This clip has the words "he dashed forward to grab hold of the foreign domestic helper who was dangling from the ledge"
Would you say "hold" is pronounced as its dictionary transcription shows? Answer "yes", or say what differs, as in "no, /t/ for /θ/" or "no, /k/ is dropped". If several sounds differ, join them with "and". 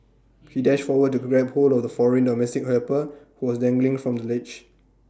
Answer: no, /d/ is dropped